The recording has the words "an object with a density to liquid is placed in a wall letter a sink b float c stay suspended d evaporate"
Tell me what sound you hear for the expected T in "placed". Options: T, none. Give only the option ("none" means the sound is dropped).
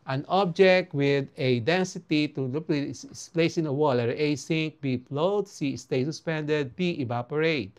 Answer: none